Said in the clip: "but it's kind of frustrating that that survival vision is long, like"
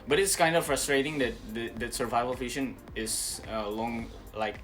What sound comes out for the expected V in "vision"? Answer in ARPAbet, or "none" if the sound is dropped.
F